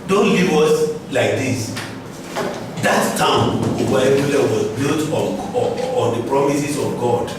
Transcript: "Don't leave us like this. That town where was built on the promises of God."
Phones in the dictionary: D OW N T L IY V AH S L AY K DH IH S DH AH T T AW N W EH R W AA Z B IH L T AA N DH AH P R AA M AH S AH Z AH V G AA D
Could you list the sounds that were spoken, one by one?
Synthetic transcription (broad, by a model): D OW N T L IY V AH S L AY K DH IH S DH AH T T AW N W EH L W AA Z B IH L T AA N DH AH P R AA M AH S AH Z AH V G AA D